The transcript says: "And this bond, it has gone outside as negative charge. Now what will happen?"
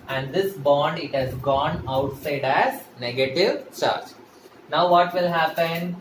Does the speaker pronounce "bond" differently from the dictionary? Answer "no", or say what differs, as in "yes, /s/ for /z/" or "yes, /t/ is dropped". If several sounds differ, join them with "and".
no